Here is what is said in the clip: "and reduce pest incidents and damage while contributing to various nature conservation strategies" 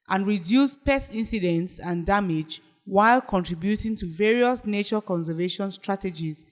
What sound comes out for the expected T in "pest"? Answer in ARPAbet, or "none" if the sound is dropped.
none